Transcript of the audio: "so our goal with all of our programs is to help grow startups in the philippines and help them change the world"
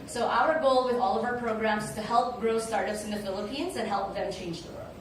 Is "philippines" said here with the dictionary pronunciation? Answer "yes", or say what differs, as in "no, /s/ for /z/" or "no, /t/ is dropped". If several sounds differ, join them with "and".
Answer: yes